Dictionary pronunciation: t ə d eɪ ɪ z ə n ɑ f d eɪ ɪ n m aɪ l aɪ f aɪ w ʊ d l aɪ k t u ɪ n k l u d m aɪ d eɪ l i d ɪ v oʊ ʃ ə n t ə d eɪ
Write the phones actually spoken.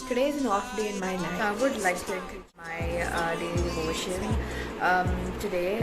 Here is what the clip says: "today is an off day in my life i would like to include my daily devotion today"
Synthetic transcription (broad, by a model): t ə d eɪ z ə n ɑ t d eɪ ɪ n m aɪ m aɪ aɪ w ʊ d l aɪ k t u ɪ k u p m aɪ d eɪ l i d ɪ v oʊ ʃ ə n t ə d eɪ